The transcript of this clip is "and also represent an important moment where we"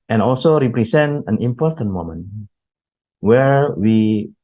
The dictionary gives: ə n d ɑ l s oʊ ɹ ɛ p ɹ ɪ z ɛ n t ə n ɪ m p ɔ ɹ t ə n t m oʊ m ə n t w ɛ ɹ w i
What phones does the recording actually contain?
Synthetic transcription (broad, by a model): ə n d ɑ l s oʊ ɹ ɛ p ɹ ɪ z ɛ n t ə n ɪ m p ɔ ɹ t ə n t m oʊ m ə n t w ɛ ɹ w i